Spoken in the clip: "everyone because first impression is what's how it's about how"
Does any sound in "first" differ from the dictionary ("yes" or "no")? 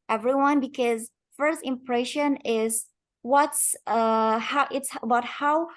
no